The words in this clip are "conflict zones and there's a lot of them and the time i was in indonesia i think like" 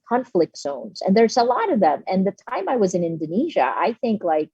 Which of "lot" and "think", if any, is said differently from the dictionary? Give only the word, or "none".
none